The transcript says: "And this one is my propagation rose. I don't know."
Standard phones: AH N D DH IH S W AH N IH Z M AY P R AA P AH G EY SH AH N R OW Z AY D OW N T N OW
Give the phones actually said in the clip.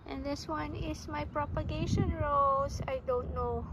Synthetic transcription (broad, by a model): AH N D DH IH S W AH N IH S M AY P R AA P AH G EY SH AH N R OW S AY D OW N T N OW